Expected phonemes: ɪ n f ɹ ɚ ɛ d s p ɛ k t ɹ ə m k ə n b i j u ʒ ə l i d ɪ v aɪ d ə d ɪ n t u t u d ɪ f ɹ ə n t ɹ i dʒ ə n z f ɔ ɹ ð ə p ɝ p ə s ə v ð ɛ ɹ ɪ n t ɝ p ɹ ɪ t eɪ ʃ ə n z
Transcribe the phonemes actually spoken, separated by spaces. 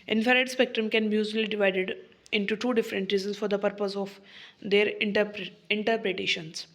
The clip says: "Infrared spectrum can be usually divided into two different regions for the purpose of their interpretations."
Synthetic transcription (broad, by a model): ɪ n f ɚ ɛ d s p ɛ k t ɹ ə m k ə n b i j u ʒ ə l i d ɪ v aɪ d ə d ɪ n t u t u d ɪ f ɹ ə n t ɹ i z ə n s f ɔ ɹ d ə p ɝ p ə s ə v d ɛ ɹ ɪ n t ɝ p ɹ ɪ t eɪ ʃ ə n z